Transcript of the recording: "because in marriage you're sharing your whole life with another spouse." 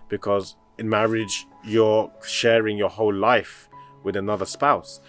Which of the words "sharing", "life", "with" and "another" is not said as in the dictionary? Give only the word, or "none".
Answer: none